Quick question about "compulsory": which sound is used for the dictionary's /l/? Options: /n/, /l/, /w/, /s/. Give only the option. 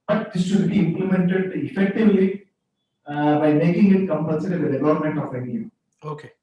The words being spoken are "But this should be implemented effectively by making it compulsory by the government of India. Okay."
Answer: /n/